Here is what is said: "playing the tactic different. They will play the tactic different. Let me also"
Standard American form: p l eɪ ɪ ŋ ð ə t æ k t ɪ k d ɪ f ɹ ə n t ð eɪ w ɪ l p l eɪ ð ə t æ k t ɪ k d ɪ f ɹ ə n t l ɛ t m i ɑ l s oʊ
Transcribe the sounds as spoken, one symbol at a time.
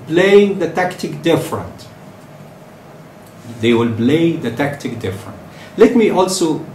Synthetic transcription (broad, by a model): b l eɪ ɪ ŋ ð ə t æ k t ɪ k d ɪ f ɹ ə n t ð eɪ w ɪ l b l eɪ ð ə t æ k t ɪ k d ɪ f ɹ ə n t l ɛ t m i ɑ l s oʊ